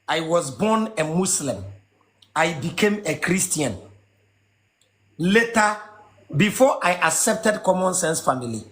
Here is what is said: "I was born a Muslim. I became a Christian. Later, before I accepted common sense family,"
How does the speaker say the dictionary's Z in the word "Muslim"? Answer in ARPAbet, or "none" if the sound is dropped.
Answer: S